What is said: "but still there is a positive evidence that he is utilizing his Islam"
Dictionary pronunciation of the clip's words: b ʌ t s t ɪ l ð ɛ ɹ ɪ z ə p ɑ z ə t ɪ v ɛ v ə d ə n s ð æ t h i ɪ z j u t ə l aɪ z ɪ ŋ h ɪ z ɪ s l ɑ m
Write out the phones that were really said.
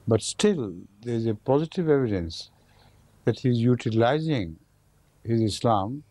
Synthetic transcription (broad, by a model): b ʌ t s t ɪ l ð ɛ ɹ ɪ z ə p ɑ z ə t ɪ v ɛ v ə d ə n s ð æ t h i ɪ z j u t ə l aɪ z ɪ ŋ h ɪ z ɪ s l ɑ m